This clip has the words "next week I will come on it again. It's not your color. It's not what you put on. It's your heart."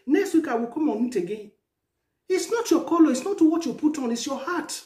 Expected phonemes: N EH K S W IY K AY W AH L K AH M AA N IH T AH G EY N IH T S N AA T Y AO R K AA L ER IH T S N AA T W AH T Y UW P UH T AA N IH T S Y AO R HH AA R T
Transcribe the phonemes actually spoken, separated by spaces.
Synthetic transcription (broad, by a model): N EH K S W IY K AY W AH K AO M AA N IH T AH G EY IH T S N AA T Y AO K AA L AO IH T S N AA T W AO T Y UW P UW T AA N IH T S Y AO HH AA T